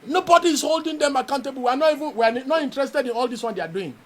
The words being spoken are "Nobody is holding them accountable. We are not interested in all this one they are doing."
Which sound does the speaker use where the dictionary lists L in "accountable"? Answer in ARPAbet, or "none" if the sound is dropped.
N